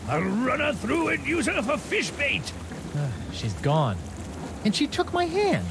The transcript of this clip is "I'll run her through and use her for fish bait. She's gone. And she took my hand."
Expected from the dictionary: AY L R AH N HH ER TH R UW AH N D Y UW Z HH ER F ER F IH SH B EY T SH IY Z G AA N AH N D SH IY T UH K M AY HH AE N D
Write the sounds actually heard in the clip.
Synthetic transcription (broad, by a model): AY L R AH N ER TH R UW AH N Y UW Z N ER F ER F IH SH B EY T SH IY Z G AA N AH N SH IY T UH K M AY HH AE N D